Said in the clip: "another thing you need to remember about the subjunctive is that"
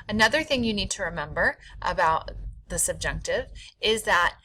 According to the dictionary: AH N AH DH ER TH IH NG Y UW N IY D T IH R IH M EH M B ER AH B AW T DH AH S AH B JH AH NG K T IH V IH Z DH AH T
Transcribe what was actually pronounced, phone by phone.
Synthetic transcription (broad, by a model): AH N AH DH ER TH IH NG Y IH N IY D T IH R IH M EH M B ER AH B AW T DH AH S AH B JH AH NG K T IH V IH Z DH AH T